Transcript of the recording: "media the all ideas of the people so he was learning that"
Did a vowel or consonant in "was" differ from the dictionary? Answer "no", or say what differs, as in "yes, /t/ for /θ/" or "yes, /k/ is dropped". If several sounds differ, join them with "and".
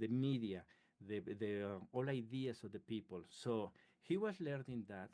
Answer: yes, /s/ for /z/